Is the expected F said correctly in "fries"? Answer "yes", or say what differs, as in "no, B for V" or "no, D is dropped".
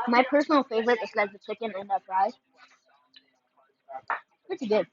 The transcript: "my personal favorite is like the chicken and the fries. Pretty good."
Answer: no, P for F